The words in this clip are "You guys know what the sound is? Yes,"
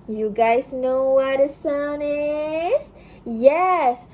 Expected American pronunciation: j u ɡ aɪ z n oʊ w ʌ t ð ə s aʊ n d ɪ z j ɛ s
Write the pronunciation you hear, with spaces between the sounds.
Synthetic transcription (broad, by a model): j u ɡ aɪ z n oʊ w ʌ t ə s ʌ n ɪ z j ɛ s